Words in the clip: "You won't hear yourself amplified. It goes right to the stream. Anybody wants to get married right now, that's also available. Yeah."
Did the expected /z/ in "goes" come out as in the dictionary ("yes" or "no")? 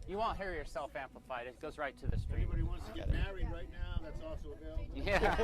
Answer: yes